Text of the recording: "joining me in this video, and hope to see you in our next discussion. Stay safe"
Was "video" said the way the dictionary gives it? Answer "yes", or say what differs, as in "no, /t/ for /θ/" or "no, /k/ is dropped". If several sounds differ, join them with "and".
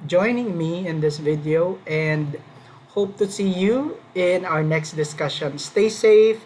yes